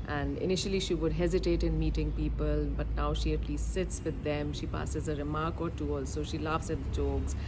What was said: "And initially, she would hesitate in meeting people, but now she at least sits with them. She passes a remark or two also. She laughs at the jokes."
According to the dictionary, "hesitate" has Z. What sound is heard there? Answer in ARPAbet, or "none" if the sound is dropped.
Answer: Z